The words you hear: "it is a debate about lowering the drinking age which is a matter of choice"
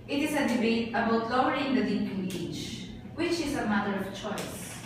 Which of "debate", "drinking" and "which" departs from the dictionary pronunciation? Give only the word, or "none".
drinking